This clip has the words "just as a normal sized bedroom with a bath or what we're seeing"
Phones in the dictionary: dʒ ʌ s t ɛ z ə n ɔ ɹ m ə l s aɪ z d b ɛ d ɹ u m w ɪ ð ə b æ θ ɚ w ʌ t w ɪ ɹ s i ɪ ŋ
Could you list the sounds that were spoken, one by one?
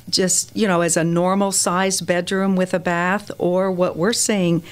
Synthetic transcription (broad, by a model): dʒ ʌ s t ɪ z ə n ɔ ɹ m l s aɪ z b ɛ d ɹ u m w ɪ ð ə b æ θ ɚ w ʌ t w ɪ ɹ s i ɪ ŋ